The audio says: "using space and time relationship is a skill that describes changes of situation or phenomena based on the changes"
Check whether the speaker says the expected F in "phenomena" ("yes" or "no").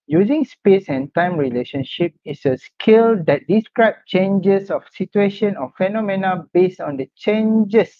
yes